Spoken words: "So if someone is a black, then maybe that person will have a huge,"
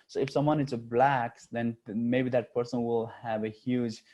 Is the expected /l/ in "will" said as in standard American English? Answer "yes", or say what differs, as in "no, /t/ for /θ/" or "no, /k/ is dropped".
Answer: yes